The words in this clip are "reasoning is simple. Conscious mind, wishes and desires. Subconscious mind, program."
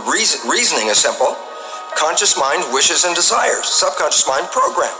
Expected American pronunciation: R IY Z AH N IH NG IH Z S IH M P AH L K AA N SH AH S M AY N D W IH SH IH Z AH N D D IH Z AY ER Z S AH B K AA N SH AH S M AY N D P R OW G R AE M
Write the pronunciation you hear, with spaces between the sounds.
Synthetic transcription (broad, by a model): R IY Z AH N IH NG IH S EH M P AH L K AA N SH AH S M AY N D W IH SH IH Z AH N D D IH Z AY ER Z S AH B K AA N SH AH S M AY N D P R OW G R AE M